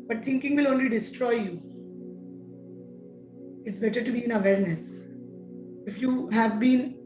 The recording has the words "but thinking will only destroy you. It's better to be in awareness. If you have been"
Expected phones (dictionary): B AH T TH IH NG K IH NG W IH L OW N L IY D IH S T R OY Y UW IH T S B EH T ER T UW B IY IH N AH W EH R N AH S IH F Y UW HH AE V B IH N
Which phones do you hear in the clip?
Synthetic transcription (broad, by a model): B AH T T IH NG K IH NG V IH L OW N L IY D IH S T R OY Y UW IH T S B EH T ER T UW B IY IH N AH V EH R N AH S IH F Y UW HH AE V B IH N